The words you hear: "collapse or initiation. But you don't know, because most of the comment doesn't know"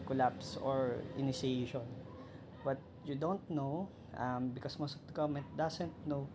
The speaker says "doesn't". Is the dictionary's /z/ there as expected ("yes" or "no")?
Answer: no